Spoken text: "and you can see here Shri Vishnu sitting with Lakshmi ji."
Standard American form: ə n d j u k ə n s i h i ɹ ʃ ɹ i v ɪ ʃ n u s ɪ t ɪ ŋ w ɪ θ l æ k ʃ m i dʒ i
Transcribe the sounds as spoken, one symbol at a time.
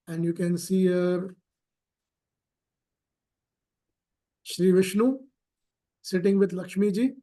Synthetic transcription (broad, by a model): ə n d j u k ə n s i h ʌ ɹ ʃ ɹ i v ɪ ʃ n u s ɪ t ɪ ŋ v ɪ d l æ k ʃ m i dʒ i